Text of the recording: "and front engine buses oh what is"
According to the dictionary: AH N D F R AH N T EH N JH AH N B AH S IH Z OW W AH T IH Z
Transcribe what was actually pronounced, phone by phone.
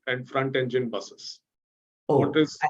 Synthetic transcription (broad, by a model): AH N D F R AH N T EH N JH AH N B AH S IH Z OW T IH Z